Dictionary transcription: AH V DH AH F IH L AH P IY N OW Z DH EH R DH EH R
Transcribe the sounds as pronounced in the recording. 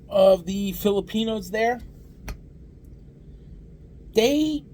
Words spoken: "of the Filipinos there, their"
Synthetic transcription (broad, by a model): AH V DH AH F IH L AH P IY N OW Z DH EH R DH EH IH